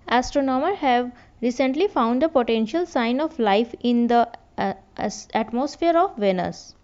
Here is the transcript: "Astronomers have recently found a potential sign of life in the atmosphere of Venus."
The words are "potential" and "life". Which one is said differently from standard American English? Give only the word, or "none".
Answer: none